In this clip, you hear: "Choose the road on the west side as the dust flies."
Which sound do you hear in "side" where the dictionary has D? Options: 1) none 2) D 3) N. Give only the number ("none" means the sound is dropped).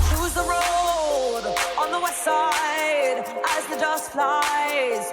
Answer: 2